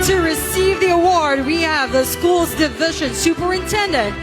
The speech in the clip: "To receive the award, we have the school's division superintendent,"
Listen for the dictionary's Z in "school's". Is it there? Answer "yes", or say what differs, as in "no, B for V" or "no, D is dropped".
yes